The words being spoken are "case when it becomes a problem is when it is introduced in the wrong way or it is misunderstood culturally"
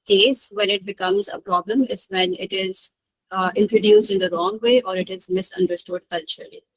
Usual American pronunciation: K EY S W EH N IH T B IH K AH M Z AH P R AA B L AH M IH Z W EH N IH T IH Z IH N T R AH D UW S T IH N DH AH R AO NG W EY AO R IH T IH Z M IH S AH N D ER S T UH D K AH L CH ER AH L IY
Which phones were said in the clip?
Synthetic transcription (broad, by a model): K EY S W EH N IH T B IH K AH M Z AH P R AA B L AH M IH Z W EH N IH T IH Z IH N T R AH D UW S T IH N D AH R AO NG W EY AO R IH T IH Z M IH S AH N D ER S T UH D K AH L CH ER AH L IY